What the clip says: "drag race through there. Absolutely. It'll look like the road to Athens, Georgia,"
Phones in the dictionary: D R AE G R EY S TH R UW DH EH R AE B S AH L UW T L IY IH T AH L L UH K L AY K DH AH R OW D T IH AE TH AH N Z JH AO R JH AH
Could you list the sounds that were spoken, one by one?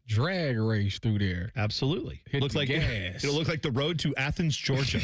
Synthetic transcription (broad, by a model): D R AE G R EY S TH R UW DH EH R AE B S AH L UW T L IY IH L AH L L UH K L AY K DH AH R OW D T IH AE TH AH N Z JH AO R JH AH